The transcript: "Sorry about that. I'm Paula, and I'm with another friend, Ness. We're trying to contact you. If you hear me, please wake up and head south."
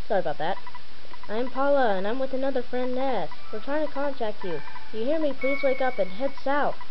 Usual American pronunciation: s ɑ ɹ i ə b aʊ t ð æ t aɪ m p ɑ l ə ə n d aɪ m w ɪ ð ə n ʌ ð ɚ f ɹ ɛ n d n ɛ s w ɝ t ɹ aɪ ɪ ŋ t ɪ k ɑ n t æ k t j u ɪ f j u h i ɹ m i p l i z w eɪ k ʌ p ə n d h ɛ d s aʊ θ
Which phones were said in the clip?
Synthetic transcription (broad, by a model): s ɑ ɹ ə b aʊ t ð æ t aɪ m p ɑ l ə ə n aɪ m w ɪ ð ə n ʌ ð ɚ f ɹ ɛ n n ɛ s w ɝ t ɹ aɪ ɪ ŋ t ɪ k ɑ n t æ k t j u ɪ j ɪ h i ɹ m i p l i z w eɪ k ʌ p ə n h ɛ d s aʊ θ